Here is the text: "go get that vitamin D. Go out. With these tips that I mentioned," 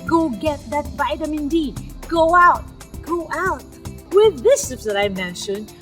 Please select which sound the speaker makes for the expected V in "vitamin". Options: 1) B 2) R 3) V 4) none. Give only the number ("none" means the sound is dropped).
1